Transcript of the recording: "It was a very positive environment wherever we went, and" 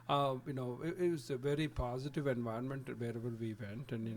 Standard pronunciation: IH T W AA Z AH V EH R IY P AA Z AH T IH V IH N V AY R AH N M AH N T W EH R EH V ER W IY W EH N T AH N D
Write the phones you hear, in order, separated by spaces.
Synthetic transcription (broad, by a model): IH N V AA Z AH V EH R IY P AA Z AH T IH V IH N V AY AH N M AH N T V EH R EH V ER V IY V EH N T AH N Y